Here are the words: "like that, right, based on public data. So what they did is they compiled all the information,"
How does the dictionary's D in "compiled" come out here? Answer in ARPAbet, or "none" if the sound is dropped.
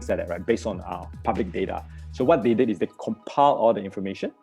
none